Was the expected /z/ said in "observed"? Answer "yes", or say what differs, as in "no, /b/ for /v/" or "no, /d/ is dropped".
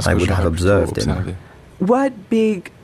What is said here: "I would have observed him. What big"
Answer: yes